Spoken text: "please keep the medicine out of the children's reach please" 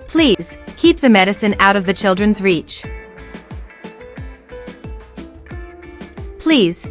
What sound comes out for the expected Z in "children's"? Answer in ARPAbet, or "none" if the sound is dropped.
Z